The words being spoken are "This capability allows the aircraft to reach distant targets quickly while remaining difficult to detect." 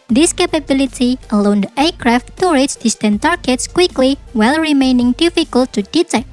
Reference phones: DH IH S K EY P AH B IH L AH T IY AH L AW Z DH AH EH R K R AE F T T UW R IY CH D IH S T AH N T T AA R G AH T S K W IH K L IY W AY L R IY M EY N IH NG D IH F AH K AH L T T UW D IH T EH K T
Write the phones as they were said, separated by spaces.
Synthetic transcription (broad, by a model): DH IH S K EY P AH B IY L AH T IY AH L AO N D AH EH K R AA F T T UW R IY S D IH S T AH N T T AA R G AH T S K W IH K L IY W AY L R IY M EY N IH NG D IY F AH K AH L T T UW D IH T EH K